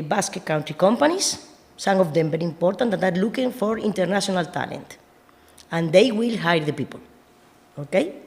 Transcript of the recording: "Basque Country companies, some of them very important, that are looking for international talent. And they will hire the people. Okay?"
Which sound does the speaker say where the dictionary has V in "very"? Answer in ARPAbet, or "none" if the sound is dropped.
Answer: B